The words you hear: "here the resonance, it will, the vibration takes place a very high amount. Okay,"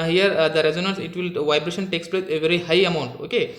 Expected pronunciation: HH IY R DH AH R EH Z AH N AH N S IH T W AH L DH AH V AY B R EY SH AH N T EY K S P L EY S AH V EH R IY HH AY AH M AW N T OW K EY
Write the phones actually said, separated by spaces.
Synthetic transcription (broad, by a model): HH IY R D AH R EH Z AH N AH N S IH T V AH L V AY B R EY SH AH N T EY K S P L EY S AH V EH R IY HH AY AH M AW N T OW K EY